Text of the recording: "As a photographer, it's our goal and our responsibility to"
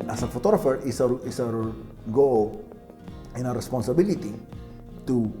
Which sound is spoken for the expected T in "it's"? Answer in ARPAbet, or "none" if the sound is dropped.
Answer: S